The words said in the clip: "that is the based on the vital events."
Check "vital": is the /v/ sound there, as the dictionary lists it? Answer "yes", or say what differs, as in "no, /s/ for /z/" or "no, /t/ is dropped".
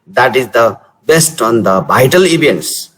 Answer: no, /b/ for /v/